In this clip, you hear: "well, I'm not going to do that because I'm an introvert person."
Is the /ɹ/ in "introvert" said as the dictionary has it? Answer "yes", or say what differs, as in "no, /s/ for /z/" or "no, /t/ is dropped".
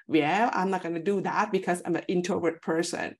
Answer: no, /ɹ/ is dropped